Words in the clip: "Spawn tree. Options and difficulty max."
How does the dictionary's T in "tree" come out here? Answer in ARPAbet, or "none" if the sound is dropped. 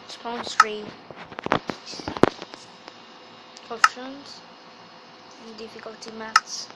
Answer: S